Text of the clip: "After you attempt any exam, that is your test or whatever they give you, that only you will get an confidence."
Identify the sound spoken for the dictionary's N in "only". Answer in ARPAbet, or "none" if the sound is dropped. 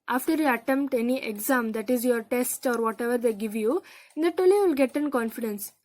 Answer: none